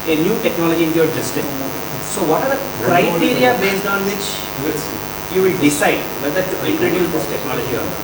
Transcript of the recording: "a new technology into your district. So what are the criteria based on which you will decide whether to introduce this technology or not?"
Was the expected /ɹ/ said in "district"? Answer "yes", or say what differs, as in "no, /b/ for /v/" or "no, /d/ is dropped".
no, /ɹ/ is dropped